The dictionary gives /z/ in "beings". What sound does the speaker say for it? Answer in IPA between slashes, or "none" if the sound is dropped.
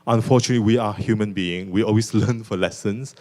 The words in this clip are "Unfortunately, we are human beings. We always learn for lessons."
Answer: none